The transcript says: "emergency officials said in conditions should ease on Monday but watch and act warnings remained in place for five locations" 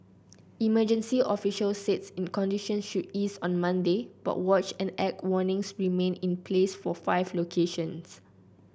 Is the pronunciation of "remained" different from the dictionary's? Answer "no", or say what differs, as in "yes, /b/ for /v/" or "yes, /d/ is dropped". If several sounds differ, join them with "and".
yes, /d/ is dropped